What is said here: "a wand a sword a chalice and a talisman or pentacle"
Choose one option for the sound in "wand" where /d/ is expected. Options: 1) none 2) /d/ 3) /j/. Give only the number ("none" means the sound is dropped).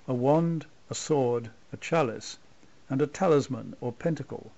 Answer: 2